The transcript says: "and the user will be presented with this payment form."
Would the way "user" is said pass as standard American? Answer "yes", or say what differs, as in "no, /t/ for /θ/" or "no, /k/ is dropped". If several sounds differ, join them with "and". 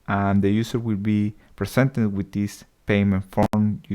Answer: no, /s/ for /z/